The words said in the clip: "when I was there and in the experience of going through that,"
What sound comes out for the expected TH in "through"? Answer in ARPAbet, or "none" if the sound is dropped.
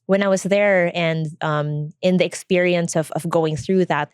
TH